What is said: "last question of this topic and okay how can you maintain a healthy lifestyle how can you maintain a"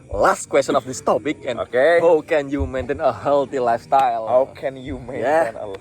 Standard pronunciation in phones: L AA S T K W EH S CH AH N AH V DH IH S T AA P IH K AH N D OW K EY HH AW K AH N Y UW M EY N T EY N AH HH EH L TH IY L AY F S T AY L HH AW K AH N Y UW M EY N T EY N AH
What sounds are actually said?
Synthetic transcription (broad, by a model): L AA S T K W EH S CH AH N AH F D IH S T AA P IH K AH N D OW K EY HH AW K AH N Y UW M EY N T EY N AH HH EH L T IY L AY F S T AY L HH AW K AH N Y UW M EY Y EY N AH